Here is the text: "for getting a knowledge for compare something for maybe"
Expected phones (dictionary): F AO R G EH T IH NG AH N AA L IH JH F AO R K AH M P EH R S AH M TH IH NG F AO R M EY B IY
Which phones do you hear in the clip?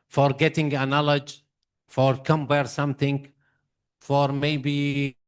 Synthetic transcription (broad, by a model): F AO R G EH T IH NG AH N AA L IH JH F AO R K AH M B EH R S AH M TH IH NG F AO R M EY B IY